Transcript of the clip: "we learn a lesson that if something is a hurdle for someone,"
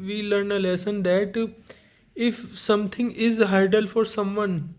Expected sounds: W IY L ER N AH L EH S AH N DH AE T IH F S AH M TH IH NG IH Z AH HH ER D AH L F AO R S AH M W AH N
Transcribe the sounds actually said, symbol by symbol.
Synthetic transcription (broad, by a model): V IY L ER N AH L EH S AH N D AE T IH F S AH M T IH NG IH Z HH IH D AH L F AO R S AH M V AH N